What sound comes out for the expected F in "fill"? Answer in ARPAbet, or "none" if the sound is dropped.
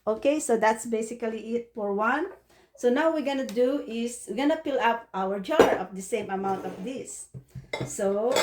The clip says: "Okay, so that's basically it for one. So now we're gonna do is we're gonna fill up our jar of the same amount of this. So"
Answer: P